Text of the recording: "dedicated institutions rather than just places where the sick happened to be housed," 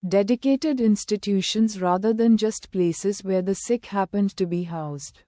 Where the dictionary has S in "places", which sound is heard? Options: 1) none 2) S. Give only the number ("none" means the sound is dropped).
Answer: 2